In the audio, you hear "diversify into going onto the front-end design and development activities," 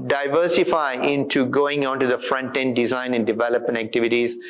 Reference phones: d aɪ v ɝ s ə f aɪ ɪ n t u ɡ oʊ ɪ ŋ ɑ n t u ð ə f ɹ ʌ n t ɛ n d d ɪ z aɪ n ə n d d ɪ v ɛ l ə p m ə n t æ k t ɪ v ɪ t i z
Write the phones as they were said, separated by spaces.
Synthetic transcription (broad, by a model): d aɪ v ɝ s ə f aɪ ɪ n t u ɡ oʊ ɪ ŋ ɑ n t u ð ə f ɹ ʌ n t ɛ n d d ɪ z aɪ n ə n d d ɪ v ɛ l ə p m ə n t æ k t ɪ v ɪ t i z